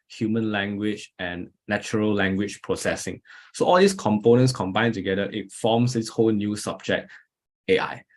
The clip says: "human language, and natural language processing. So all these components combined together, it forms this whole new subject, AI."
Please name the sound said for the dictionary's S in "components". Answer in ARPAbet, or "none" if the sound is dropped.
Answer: S